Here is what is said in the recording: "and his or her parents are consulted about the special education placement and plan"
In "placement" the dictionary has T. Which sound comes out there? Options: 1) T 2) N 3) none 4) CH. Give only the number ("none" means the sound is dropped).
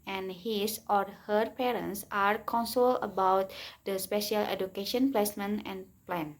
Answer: 3